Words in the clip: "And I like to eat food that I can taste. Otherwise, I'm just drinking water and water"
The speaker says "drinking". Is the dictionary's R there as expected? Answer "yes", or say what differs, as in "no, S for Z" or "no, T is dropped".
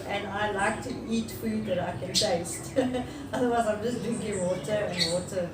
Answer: no, R is dropped